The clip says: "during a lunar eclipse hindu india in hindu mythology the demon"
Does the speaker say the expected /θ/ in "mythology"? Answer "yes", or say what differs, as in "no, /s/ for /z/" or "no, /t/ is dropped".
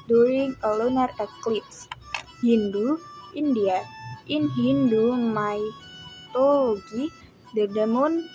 no, /t/ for /θ/